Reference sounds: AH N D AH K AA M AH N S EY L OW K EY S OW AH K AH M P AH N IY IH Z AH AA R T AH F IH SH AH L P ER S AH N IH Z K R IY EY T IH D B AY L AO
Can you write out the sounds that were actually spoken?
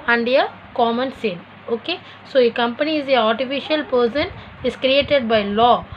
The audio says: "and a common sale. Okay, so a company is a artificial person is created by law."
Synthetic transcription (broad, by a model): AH N D AH K AA M AH N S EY N OW K EY S OW AH K AH M P AH N IY IH Z AH AA R T AH F IH SH AH L P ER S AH N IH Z K R IY EY T IH D B AY L AO